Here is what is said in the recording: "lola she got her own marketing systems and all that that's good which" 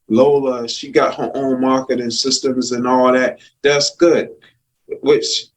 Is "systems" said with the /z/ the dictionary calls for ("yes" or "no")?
yes